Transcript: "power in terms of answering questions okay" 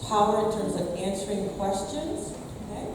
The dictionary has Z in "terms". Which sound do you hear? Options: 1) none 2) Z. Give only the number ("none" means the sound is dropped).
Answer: 2